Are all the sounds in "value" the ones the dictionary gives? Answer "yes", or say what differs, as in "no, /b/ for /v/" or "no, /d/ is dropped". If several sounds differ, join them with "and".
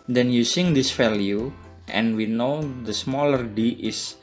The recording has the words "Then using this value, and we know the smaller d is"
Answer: no, /f/ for /v/